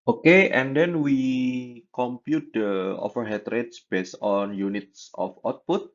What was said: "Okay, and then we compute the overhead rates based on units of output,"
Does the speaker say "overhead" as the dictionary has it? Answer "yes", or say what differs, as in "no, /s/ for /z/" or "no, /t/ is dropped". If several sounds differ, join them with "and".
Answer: no, /f/ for /v/